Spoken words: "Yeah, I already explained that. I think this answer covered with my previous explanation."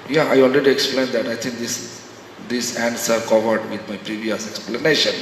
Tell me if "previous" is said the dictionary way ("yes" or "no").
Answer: yes